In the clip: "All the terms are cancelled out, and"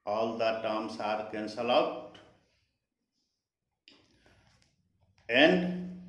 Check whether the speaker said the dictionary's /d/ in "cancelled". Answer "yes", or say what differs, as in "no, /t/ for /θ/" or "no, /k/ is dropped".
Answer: no, /d/ is dropped